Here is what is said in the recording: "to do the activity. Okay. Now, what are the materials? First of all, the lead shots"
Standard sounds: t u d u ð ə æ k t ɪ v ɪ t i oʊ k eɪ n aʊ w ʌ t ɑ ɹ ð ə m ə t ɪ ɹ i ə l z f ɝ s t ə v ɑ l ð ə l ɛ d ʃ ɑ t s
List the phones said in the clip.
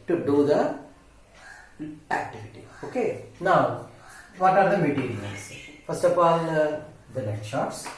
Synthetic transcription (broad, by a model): t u d u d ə æ k t ɪ v ɪ t i oʊ k eɪ n aʊ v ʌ t ɑ ɹ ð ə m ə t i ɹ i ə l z f ɝ s t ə p ɑ l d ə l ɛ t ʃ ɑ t s